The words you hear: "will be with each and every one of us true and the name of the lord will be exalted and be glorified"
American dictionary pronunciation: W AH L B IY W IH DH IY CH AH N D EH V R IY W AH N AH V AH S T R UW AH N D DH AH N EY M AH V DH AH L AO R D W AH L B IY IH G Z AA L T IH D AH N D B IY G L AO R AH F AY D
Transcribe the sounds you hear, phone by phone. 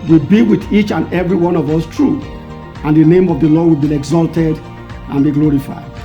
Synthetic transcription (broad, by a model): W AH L B IY W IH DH IY CH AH N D EH V R IY W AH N AH V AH S T R UW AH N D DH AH N EY M AH V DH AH L AO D W AH L B IY IH G Z AA L T IH D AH N B IY G L AO R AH F AY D